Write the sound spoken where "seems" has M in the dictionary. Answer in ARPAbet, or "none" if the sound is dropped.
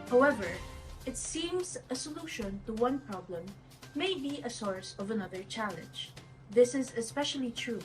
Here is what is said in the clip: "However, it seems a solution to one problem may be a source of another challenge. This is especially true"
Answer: M